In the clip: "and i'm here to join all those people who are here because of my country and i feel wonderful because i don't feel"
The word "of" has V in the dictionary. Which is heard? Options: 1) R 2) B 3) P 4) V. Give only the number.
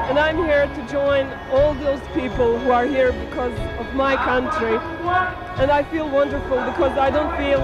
4